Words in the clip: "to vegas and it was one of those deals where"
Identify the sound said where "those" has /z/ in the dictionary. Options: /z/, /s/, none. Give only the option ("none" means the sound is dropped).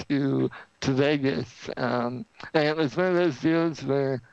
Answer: /z/